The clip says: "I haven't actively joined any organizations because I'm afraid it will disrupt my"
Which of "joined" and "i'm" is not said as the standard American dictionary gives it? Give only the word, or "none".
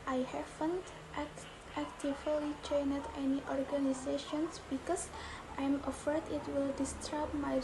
joined